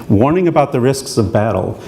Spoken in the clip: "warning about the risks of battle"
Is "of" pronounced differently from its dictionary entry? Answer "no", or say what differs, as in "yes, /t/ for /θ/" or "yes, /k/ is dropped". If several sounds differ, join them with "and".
no